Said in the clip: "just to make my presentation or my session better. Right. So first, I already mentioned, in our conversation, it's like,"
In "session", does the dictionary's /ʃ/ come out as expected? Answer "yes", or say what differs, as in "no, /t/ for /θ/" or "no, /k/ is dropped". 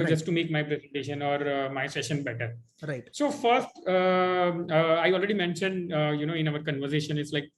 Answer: yes